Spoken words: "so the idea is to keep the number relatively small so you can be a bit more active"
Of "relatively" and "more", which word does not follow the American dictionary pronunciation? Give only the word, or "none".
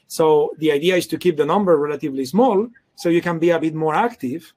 none